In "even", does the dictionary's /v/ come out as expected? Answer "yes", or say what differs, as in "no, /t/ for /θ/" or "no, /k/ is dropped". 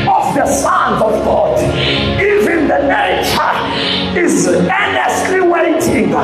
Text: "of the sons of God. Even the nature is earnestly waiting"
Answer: yes